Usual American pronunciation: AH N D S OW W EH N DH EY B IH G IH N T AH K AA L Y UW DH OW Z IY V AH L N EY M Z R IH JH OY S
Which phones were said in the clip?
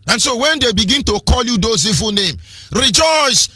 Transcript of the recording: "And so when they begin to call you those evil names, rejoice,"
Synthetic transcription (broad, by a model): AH N S OW W EH N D EY B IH G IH N T AH K AA L Y UW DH OW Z IY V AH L N EY M R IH JH OY S